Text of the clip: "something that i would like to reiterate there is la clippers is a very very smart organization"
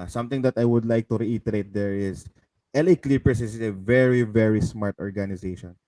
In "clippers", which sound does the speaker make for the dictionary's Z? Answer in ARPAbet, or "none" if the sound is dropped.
S